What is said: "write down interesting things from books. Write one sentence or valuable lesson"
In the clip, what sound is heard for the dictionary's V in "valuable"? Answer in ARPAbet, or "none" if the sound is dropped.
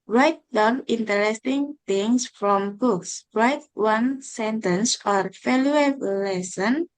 F